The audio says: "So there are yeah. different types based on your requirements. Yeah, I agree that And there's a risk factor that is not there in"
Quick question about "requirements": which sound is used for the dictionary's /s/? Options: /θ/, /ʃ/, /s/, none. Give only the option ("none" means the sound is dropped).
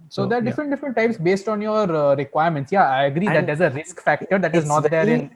/s/